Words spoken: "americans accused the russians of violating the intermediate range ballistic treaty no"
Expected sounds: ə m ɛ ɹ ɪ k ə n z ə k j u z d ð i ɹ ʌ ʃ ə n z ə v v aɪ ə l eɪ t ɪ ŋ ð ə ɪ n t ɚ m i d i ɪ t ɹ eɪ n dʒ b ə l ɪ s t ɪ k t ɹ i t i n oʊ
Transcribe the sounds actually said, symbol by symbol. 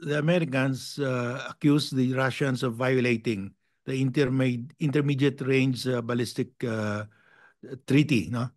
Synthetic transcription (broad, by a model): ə m ɛ ɹ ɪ k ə n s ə k j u s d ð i ɹ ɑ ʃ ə n s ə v v aɪ ə l eɪ t ɪ ŋ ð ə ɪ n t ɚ m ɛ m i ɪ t ɹ eɪ n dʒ b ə l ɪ s t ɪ k t ɹ i t i n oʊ